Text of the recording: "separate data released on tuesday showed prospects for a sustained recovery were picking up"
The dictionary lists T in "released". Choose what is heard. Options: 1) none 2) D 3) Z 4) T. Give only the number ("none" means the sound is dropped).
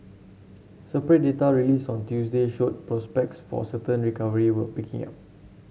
1